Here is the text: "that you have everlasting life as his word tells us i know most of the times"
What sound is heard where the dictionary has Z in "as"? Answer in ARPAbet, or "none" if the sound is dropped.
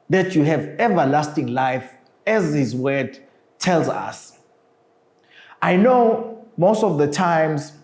Z